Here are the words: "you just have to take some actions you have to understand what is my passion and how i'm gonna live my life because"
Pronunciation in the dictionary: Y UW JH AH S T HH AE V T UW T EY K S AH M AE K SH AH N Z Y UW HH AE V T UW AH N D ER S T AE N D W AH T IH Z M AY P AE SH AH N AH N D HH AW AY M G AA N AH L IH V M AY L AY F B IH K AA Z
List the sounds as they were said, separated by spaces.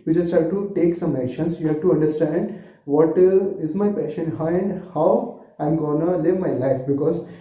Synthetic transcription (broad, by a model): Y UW JH AH S T HH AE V T UW T EY K S AH M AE K SH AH N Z Y UW HH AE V T UW AH N D ER S T AE N D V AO T IH Z M AY P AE SH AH N AH N D HH AW AY M G AA N AH L IH V M AY L AY F B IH K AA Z